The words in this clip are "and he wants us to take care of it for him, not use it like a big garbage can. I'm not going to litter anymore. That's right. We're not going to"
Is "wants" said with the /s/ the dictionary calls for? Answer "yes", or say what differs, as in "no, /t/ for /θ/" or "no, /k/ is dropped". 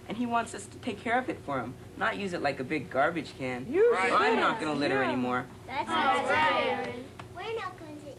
yes